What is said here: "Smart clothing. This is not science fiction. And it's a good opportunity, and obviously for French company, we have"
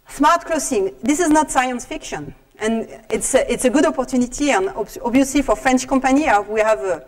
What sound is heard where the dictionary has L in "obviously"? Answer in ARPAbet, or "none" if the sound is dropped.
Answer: none